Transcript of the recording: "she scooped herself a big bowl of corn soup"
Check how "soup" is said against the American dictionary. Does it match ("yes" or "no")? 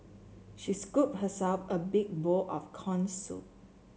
no